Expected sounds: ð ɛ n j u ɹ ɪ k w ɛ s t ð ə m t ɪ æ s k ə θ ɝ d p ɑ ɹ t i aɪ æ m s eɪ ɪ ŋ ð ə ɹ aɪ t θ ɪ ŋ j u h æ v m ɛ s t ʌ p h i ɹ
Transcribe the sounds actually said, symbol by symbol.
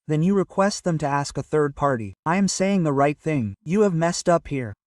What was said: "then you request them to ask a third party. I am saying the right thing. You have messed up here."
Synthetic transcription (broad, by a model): ð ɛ n j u ɹ ɪ k w ɛ s t ð ə m t ɪ æ s k ə θ ɝ d p ɑ ɹ t i aɪ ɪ m s eɪ ɪ ŋ ð ə ɹ aɪ t θ ɪ ŋ j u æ v m ɛ s t ʌ p h i ɹ